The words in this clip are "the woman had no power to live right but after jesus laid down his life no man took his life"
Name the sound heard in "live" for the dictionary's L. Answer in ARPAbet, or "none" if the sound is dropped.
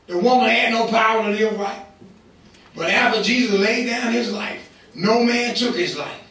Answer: N